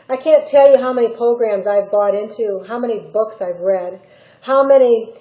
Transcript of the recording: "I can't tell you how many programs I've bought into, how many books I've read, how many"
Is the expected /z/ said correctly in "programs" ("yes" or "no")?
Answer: yes